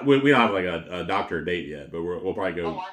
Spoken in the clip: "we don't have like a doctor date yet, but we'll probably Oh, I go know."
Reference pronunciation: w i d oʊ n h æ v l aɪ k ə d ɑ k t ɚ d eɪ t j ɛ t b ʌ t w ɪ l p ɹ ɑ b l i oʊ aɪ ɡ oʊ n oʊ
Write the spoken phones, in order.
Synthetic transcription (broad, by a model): w i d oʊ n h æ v l aɪ k ə d ɑ k t ɚ d eɪ t j ɛ t b ʌ t w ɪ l p ɹ ɑ b l i ɡ oʊ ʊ